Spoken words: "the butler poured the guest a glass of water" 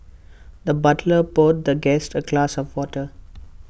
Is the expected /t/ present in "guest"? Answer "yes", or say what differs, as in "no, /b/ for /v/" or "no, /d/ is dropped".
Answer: yes